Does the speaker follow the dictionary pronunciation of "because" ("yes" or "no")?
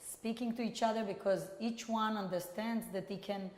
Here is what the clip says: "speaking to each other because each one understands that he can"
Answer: yes